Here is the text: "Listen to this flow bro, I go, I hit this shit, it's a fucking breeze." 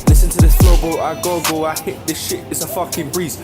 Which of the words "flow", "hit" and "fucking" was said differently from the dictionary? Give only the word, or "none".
flow